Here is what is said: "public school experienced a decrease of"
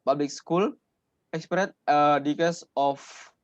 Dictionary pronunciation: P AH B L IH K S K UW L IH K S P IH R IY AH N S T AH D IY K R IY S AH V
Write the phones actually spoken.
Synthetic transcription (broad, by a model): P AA B L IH K S K UW L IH K S P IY R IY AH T AH D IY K AH S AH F